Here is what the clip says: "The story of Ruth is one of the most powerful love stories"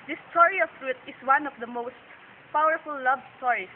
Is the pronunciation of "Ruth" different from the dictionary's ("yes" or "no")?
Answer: yes